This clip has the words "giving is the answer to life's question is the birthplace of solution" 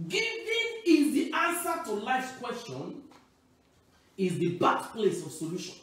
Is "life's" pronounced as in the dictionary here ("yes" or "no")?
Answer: no